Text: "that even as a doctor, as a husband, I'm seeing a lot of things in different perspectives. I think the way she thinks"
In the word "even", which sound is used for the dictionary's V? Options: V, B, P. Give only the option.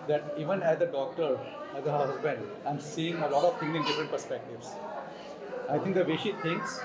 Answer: V